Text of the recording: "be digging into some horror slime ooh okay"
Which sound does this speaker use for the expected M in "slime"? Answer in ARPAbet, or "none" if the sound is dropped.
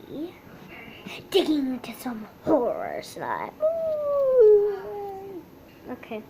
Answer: none